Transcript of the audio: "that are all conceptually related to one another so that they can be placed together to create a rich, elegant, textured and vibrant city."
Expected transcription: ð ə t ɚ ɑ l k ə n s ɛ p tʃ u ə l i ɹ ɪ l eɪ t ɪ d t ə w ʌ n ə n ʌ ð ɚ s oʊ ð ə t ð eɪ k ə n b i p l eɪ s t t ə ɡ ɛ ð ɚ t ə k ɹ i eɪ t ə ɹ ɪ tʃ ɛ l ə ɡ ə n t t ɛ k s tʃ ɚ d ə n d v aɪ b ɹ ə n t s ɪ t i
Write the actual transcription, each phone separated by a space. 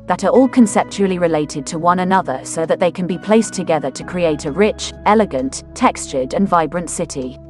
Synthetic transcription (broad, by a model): ð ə t ɚ ɑ l k ə n s ɛ p tʃ u ə l i ɹ ɪ l eɪ t ɪ d t ə w ʌ n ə n ʌ ð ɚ s oʊ ð ə t ð eɪ k ə n b i p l eɪ s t t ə ɡ ɛ ð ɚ t ə k ɹ i eɪ t ə ɹ ɪ tʃ ɛ l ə ɡ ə n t t ɛ k s tʃ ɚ d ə n v aɪ b ɹ ə n t s ɪ t i